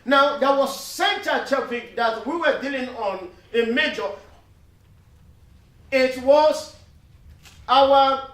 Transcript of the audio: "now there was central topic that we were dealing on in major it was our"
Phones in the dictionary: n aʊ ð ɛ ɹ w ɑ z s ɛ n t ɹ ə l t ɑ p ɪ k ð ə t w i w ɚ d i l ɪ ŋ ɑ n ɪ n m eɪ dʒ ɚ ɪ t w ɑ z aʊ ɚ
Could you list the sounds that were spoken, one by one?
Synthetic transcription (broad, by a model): n aʊ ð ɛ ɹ w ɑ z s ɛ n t ə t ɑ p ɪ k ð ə t w i w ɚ d i l ɪ ŋ ɑ n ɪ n m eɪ dʒ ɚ ɪ t w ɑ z aʊ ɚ